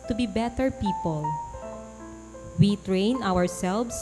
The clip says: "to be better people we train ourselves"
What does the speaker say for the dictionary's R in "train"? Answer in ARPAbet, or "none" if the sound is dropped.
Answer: R